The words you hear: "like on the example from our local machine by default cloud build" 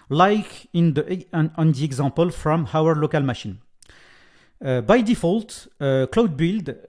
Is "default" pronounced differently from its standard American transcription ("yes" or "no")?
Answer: no